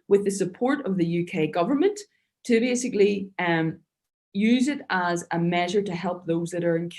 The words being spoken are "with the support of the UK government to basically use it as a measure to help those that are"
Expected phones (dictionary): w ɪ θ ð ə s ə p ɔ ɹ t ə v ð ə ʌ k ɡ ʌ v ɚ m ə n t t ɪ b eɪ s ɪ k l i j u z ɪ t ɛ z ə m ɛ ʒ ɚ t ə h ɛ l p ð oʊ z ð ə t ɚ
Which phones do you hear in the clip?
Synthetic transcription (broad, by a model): w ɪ ð ə s ə p ɔ ɹ t ə v ð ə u k ɡ ʌ v ɚ m ə n t t ɪ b eɪ s ɪ k l i j u z ɪ t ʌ z ə m ɛ ʒ ɚ t ə h ɛ l p ð oʊ z ð ə t ɚ